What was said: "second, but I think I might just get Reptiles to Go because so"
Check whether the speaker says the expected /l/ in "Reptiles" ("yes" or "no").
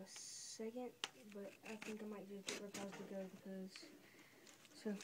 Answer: no